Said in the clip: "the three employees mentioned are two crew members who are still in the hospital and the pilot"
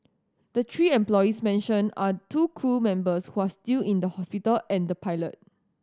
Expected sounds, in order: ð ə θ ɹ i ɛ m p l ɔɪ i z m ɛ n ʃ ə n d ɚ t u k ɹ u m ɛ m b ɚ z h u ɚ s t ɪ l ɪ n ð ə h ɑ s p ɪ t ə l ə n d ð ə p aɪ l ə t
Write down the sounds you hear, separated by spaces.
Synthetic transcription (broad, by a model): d ə t ɹ i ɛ m p l ɔɪ i s m ɛ n ʃ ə n ɑ t u k u m ɛ m b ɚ s h u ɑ s t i l ɪ n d ə h ɑ s p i t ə l ə n d ə p aɪ l ə t